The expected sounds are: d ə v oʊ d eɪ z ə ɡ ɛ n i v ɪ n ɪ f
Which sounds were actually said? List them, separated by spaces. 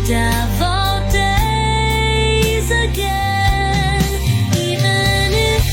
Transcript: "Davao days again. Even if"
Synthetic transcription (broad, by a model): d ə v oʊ d eɪ z ə ɡ ɛ n i v ɪ n ɪ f